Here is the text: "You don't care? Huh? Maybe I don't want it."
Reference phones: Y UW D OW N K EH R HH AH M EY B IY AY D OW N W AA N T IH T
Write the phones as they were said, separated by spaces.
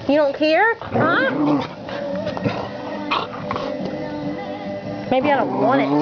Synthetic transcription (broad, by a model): Y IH D OW N K EH R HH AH M EY B IY AY D OW N W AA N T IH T